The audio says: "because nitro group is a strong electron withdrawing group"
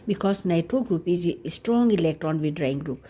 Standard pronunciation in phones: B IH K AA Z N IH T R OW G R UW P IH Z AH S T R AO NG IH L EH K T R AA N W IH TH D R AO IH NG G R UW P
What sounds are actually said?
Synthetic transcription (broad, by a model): B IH K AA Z N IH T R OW G R UW P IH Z S T R AO NG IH L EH K T AA N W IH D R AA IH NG G R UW P